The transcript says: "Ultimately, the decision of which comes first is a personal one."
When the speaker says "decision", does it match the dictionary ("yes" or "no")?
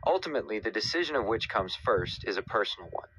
yes